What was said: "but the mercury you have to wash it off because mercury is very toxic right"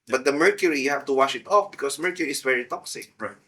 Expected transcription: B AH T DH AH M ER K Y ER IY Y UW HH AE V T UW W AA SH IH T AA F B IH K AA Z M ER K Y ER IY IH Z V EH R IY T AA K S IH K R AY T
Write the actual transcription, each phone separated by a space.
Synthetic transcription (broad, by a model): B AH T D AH M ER K Y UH IY Y UW HH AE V T UW W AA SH IH T AA F B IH K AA S M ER K Y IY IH S V EH R IY T AA K S IH K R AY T